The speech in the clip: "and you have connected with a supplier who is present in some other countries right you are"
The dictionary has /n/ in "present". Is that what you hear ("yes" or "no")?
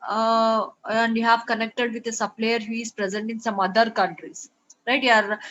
yes